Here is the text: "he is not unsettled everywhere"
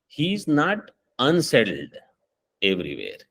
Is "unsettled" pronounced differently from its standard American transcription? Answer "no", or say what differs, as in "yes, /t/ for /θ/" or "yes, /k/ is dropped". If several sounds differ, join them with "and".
no